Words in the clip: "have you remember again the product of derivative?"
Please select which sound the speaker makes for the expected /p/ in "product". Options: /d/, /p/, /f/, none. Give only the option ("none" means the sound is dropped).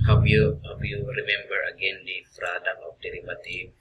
/f/